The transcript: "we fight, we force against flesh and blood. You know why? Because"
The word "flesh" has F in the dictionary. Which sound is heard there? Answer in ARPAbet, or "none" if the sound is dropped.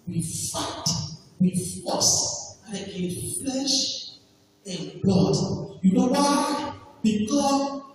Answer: F